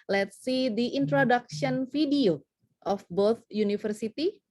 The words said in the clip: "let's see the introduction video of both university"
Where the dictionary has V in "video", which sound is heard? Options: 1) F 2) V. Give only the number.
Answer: 1